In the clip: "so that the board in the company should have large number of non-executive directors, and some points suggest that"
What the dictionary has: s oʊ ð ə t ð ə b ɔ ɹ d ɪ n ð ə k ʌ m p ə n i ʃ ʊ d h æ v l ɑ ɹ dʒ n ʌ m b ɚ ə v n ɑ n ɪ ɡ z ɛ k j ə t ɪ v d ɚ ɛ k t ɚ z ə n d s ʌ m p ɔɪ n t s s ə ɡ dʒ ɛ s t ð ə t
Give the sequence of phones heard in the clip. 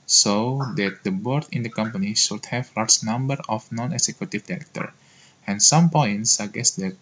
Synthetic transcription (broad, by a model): s oʊ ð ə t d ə b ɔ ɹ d ɪ n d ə k ʌ m p ə n i ʃ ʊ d h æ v l ɑ ɹ dʒ n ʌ m b ɚ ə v n ɑ n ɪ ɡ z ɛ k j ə t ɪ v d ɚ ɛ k t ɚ ə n s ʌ m p ɔɪ n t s s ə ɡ ɛ s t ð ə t